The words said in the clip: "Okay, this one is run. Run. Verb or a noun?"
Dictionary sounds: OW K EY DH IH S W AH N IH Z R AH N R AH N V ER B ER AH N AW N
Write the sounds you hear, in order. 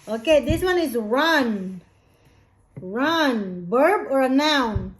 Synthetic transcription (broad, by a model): OW K EY DH IH S W AH N IH Z R AH N R AH N B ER B ER AH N AW N